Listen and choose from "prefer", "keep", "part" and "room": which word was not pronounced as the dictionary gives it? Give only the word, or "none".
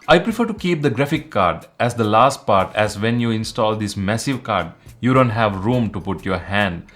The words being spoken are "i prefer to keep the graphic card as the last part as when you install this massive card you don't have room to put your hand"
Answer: none